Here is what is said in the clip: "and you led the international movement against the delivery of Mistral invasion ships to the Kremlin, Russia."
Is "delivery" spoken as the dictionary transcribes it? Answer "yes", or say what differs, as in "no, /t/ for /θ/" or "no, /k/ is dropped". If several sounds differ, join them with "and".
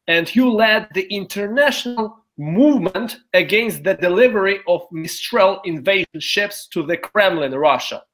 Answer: yes